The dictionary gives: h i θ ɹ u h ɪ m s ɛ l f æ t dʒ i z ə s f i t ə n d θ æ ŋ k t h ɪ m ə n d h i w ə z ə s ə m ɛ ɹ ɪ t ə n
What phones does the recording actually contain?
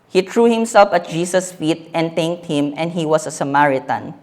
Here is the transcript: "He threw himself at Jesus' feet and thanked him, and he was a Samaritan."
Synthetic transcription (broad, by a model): h i t ɹ u h ɪ m s ɛ l f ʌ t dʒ i s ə s f i t ə n d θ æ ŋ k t h ɪ m ə n d h i w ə s ə s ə m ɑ ɹ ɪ t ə n